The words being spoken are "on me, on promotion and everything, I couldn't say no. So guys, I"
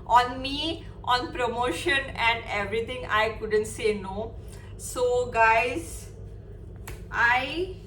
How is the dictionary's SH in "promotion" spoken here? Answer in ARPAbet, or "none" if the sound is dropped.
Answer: SH